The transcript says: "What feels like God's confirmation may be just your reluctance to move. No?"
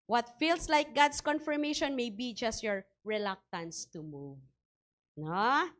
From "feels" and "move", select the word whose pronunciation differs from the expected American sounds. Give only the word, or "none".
feels